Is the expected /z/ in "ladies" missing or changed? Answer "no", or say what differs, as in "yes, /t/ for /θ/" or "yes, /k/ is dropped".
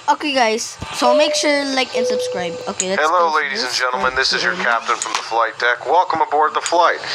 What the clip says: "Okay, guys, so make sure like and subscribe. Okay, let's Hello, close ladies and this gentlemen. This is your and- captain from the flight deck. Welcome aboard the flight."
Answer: no